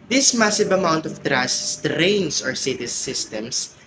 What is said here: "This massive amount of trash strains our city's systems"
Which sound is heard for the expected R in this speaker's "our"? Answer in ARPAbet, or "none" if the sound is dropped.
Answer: R